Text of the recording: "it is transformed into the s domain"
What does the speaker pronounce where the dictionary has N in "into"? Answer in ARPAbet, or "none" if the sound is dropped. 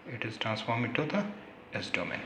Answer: none